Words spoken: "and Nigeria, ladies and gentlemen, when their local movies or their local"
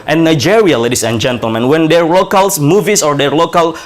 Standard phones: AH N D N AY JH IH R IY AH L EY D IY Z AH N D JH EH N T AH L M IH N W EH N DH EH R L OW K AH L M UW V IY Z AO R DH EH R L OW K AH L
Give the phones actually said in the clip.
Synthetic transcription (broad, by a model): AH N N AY JH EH R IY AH L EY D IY S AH N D JH EH N T AH L M IH N W EH N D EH R L OW K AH L M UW V IY S AO R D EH R L OW K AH L